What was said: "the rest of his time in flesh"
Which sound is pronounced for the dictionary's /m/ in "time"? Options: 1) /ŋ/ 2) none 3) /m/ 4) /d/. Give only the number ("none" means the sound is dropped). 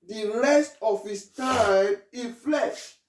2